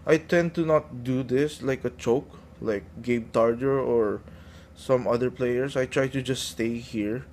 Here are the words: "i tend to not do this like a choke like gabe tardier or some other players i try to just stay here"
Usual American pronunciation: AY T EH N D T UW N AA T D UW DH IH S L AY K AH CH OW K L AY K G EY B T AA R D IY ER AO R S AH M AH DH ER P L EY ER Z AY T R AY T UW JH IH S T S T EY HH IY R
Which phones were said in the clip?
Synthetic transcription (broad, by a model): AY T EH N D T UW N AA T D UW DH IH S L AY K AH CH OW K L AY K G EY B T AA R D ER AO R S AH M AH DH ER P L EY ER S AY T R AY T UW JH IH S T S T EY HH IY R